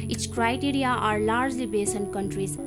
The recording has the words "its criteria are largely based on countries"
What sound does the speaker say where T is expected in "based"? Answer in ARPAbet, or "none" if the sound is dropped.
none